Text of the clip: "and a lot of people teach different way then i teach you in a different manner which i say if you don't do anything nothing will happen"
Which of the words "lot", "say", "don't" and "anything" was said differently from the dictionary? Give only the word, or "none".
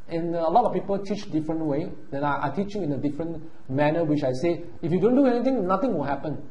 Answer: anything